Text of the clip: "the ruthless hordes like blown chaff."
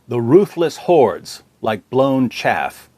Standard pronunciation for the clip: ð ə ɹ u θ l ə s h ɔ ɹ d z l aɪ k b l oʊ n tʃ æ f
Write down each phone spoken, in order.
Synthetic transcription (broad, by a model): ð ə ɹ u θ l ə s h ɔ ɹ d z l aɪ k b l oʊ n tʃ æ f